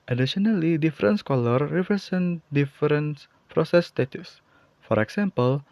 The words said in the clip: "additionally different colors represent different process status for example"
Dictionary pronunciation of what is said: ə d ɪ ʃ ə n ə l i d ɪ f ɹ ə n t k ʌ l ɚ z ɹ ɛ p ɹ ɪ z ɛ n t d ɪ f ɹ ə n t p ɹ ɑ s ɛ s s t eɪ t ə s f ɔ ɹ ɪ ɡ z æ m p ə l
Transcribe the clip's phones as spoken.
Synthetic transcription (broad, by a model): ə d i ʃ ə n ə l i d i f ɹ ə n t k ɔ l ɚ ɹ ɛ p ɹ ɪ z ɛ n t d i f ɹ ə n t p ɹ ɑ s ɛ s s t eɪ t ə s f ɔ ɹ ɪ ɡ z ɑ m p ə l